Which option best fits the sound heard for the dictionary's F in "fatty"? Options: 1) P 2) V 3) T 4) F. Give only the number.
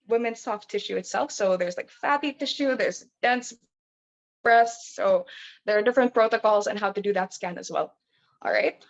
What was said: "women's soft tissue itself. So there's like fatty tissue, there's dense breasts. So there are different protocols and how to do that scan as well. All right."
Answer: 4